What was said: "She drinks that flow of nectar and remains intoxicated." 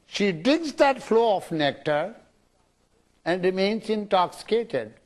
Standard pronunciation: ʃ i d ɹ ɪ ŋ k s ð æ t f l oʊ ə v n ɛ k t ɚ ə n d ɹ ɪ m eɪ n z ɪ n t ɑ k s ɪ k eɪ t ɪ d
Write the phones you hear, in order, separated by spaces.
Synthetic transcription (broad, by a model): ʃ i d ɪ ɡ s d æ t f l oʊ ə f n ɛ k t ɚ ə n d ɹ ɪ m eɪ n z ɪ n t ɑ k s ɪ k eɪ t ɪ d